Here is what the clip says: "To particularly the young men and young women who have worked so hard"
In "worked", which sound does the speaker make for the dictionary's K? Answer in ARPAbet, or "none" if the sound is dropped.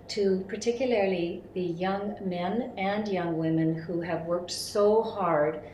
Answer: K